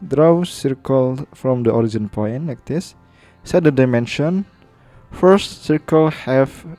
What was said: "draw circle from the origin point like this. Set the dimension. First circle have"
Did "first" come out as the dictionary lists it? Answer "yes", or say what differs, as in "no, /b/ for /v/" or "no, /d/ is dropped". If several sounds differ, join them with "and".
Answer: yes